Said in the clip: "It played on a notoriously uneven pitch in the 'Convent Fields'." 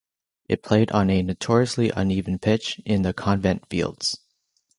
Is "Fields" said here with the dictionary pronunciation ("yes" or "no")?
yes